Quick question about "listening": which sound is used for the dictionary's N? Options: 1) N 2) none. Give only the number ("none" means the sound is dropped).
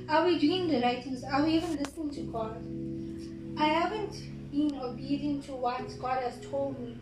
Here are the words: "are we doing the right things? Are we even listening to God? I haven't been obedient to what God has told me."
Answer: 1